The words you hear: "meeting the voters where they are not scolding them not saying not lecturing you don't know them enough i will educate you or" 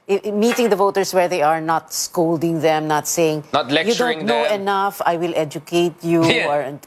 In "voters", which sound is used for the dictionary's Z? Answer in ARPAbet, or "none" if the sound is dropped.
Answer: S